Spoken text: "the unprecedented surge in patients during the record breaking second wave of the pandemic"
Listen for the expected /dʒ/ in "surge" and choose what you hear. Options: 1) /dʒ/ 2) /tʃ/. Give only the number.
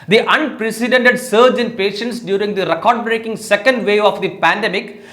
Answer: 1